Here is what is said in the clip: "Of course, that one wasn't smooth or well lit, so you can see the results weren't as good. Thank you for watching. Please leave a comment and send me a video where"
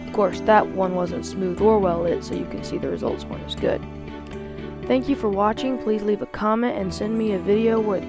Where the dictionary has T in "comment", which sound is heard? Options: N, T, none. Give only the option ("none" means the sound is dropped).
T